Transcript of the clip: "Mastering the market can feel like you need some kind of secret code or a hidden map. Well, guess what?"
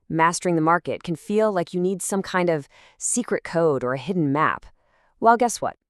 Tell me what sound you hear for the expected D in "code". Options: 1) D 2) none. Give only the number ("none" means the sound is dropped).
1